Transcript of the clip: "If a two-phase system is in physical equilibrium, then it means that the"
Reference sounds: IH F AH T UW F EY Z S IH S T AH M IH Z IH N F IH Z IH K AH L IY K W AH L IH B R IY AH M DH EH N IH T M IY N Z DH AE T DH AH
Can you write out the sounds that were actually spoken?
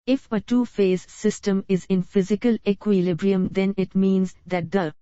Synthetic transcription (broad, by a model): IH F AH T UW F EY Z S IH S T AH M IH Z IH N F IH Z IH K AH L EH K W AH L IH B R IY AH M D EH N IH T M IY N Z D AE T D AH